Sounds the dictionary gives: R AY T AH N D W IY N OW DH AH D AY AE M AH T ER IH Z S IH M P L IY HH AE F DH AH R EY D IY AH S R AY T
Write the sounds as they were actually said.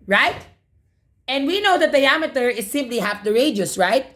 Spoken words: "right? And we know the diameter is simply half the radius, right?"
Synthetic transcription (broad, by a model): R AY T AH N D W IY N OW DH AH D AY AE M AH T ER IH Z S IH M P L IY HH AE F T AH R EY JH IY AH S R AY T